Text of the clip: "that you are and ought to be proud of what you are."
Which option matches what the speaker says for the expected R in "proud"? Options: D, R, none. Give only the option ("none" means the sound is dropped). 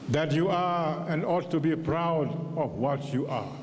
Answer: R